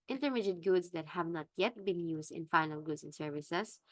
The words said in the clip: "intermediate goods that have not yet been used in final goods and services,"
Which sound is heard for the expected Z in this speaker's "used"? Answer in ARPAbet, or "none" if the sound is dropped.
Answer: S